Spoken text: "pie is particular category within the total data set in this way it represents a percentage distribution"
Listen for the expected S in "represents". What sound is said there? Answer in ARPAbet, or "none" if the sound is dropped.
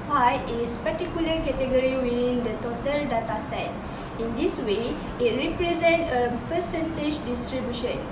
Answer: none